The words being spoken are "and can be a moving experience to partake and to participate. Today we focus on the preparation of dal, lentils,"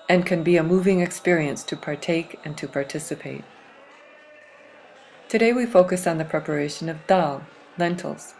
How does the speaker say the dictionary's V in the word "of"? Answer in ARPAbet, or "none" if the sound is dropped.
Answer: V